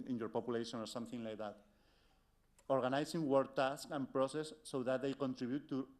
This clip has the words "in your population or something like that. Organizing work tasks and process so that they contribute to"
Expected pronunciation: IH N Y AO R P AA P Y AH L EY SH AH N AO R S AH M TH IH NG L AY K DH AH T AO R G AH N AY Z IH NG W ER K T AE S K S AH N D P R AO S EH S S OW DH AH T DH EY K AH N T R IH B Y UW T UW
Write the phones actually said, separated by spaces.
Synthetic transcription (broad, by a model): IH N Y AO R P AA P Y AH L EY SH AH N AO R S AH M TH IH NG L AY K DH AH T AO R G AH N AY S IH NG W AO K T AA S K AH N P R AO S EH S S OW DH AH T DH EY K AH N T R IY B Y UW T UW